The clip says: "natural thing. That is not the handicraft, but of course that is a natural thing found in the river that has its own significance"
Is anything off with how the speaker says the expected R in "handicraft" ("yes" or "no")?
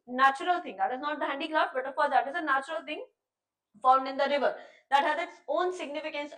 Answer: yes